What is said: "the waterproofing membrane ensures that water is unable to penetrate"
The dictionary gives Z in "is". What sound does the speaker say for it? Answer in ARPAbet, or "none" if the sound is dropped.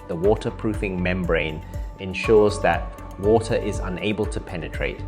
Z